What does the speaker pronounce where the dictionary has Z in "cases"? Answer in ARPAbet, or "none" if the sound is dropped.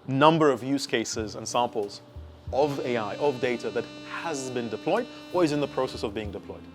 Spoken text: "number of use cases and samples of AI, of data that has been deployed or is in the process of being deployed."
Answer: Z